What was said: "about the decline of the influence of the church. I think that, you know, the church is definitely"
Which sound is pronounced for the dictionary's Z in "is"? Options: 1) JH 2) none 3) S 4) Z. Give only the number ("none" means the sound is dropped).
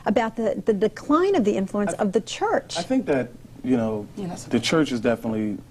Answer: 4